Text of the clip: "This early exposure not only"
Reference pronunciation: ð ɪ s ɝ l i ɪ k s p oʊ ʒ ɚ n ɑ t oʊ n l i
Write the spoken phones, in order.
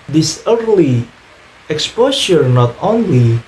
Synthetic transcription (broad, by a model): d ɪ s ɝ l i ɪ k s p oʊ ʃ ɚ n ɑ t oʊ n l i